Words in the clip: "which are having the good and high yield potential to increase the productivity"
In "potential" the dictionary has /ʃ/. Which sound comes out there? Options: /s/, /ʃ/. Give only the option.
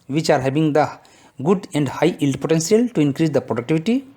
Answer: /s/